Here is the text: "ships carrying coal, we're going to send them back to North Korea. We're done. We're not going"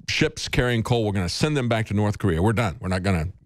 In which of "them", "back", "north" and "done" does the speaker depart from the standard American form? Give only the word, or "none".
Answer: none